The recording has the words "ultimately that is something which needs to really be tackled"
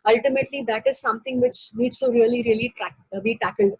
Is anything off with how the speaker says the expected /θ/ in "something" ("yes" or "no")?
yes